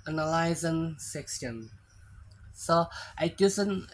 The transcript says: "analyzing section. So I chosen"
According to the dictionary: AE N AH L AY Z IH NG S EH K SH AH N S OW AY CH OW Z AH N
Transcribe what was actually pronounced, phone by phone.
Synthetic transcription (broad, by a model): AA N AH L AY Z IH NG S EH K S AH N S OW AY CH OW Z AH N